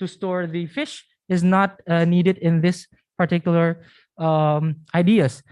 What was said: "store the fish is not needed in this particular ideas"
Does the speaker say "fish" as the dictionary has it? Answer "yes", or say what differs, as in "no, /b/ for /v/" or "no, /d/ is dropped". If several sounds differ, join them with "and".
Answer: yes